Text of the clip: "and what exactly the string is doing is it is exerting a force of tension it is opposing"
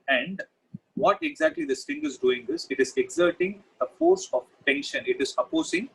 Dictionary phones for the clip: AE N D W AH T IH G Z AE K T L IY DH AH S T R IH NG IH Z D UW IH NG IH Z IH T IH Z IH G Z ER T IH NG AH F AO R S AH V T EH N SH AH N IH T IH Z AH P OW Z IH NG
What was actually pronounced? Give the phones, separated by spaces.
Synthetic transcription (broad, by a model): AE N D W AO T IH G Z AE K T L IY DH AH S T IH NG IH Z D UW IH NG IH S IH T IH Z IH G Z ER T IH NG AH F AO R S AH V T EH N SH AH N IH T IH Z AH P OW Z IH NG